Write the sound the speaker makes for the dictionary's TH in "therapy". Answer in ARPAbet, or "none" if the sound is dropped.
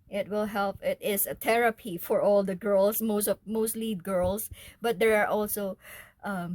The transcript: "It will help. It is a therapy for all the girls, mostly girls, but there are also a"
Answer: T